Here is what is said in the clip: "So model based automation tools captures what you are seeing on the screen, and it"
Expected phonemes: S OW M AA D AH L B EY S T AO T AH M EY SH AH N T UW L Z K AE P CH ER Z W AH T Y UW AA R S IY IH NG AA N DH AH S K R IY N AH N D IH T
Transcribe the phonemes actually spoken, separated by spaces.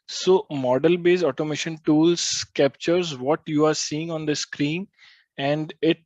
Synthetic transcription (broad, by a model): S OW M AA D AH L B EY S AO T AH M EY SH AH N T UW L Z K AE P CH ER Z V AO T Y UW AA R S IY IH NG AA N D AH S K R IY N AH N D IH T